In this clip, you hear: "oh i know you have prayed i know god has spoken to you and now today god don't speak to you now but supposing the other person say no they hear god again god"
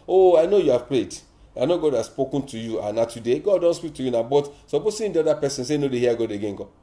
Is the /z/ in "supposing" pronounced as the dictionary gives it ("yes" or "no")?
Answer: no